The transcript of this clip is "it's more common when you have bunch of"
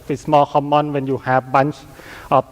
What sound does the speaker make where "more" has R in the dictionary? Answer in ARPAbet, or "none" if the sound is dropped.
L